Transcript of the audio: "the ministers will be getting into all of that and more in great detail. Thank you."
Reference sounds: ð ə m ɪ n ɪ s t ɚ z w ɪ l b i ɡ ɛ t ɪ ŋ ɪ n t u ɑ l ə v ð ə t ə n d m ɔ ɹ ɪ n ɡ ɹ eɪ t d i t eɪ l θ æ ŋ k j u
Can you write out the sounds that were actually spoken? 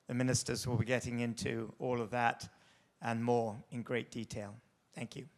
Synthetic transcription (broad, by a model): ð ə m ɪ n ɪ s t ɚ z w ɪ l b i ɡ ɛ t ɪ ŋ ɪ n t u ɑ l ə v ð ə t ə n m ɔ ɹ ɪ n ɡ ɹ eɪ t d i t eɪ l θ æ ŋ k j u